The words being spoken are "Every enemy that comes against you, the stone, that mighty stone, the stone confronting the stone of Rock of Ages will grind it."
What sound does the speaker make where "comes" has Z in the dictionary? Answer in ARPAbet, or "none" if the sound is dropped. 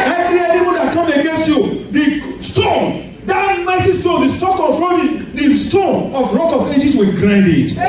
none